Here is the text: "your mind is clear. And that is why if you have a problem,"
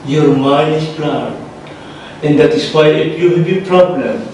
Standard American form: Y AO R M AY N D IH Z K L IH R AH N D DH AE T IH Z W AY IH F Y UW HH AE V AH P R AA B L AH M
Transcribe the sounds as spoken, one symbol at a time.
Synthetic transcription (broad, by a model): Y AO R M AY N IH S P L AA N AH N D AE T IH S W AY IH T Y UW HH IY B AH P R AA B L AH M